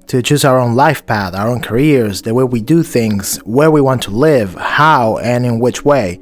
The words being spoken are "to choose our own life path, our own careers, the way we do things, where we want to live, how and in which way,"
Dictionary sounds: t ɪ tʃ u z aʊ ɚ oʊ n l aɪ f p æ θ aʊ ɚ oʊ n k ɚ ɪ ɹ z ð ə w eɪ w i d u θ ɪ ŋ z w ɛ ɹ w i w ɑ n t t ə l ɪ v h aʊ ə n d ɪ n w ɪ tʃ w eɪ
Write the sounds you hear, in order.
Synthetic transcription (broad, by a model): t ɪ tʃ u z aʊ ɚ oʊ n l aɪ f p æ θ aʊ ɚ oʊ n k ɚ ɪ ɹ z ð ə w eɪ w i d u θ ɪ ŋ z w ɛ ɹ w i w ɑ n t t ə l ɪ v h aʊ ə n ɪ n w ɪ tʃ w eɪ